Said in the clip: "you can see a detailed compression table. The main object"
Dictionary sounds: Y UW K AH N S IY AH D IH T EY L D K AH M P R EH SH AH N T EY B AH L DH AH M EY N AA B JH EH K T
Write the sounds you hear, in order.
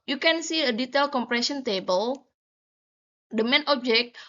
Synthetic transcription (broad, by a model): Y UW K AH N S IY AH D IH T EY L K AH M P R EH S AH N T EY B AH L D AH M EY N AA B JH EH K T